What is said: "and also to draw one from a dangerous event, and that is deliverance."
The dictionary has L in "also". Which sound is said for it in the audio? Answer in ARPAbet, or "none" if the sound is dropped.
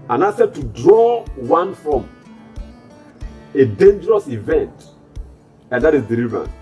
none